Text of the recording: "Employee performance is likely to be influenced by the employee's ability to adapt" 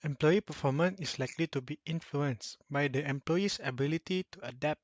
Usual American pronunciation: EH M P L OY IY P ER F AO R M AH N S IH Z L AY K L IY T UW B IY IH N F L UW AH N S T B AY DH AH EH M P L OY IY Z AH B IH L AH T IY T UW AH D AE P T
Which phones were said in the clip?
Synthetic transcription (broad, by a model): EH M P L OY IY P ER F AO M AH N IH S L AY K L IY T UW B IY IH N F L UW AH N S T B AY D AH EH M P L OY IY S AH B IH L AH T IY T UW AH D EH P T